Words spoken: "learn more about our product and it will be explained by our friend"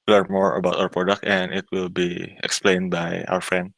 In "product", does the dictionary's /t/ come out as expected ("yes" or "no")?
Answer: yes